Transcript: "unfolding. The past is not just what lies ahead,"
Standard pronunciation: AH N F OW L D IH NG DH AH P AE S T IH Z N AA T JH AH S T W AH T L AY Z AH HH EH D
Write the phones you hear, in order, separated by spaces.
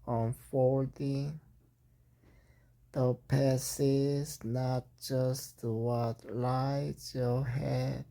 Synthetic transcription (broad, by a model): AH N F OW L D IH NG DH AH P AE S IH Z N AA T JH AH S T W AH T L AY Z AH HH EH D